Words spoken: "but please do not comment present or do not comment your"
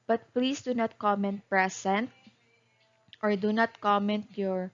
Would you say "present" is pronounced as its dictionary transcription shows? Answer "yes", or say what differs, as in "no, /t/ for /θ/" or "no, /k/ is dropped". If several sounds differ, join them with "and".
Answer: no, /s/ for /z/